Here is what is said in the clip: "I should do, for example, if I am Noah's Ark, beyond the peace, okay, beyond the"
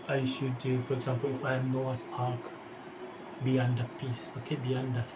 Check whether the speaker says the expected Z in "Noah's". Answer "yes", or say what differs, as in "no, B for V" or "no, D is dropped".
no, S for Z